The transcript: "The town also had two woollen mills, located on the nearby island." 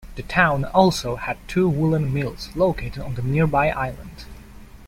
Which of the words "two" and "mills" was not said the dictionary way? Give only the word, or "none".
none